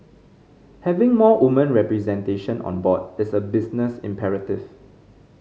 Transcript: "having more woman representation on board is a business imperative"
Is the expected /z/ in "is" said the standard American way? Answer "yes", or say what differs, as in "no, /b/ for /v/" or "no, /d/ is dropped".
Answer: no, /s/ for /z/